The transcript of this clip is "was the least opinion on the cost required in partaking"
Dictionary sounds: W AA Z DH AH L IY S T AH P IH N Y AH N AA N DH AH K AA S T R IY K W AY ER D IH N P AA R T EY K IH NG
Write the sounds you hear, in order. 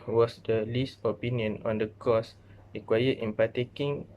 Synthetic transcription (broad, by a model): W AA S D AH L IY S T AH P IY N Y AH N AA N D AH K AA S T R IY K W AY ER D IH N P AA T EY K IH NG